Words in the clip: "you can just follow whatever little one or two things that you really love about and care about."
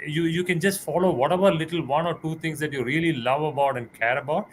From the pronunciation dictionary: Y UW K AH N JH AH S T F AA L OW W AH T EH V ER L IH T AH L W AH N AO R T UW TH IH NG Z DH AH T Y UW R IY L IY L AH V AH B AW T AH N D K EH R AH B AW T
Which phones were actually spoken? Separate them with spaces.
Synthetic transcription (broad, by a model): Y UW K AH N JH AH S T F AA L OW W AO T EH V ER L IH T AH L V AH N AO R T UW T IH NG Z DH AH T Y UW R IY L IY L AH V AH B AW T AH N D K EH R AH B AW T